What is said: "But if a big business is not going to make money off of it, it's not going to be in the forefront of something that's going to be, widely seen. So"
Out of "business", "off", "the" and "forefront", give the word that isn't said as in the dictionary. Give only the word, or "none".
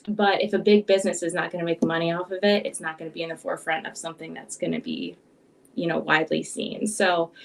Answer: none